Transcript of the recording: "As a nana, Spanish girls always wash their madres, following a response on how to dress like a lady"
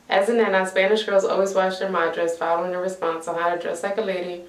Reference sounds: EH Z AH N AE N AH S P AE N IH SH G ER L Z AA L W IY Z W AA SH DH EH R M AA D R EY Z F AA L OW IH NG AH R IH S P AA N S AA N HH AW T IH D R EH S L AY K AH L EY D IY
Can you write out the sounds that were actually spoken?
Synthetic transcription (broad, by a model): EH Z AH N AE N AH S P AE N IH SH G ER L Z AA L W IY Z W AA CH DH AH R M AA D R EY S F AA L OW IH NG AH R IH S P AA N S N HH AW T IH D R EH S L AY K AH L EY D IY